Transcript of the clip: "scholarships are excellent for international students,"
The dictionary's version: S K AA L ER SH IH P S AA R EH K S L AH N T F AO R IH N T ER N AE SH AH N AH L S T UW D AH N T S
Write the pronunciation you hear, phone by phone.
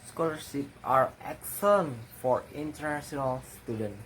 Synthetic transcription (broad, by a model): S K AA L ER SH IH P AA R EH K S AH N F AO R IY N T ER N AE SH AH N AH L S T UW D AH N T